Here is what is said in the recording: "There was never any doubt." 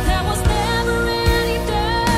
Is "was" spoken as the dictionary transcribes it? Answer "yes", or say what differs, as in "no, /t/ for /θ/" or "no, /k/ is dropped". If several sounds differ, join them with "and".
yes